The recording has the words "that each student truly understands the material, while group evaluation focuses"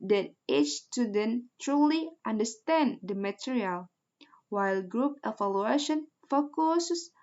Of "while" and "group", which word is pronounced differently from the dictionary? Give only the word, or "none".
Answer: none